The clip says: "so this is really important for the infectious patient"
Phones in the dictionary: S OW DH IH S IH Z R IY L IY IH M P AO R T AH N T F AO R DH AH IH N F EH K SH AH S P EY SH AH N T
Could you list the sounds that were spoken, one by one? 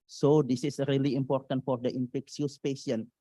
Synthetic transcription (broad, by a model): S OW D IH S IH S R IY L IY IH M P AO R T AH N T F AO R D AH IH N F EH K S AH S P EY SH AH N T